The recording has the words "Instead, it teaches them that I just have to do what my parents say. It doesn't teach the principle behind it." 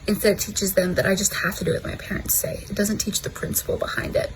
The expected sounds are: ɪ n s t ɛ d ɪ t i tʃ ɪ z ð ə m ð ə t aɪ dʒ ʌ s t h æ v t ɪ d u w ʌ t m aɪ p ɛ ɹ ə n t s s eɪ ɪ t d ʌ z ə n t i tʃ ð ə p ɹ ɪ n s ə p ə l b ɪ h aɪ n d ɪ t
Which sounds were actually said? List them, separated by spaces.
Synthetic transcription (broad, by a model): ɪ n s t ɛ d ɪ t i tʃ ɪ z ð ə m ð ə t aɪ dʒ ʌ s t h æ f t ɪ d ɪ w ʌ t m aɪ p ɛ ɹ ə n t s s eɪ ɪ t d ʌ z ə n t i tʃ ð ə p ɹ ɪ n s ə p l b ɪ h aɪ n d ɪ t